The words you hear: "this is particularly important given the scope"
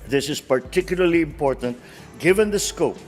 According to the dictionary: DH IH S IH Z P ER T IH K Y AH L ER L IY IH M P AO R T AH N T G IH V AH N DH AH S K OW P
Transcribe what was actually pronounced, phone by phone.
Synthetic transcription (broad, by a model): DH IH S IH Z P ER T IH K Y AH L ER L IY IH M P AO R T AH N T G IH V AH N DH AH S K OW P